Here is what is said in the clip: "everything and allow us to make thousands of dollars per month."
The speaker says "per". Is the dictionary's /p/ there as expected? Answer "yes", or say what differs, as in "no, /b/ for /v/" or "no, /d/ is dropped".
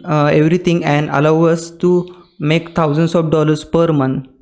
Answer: yes